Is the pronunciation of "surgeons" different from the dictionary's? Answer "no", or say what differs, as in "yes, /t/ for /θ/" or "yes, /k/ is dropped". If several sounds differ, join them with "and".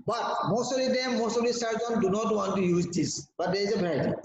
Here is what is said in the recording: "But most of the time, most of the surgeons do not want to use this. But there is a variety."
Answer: yes, /z/ is dropped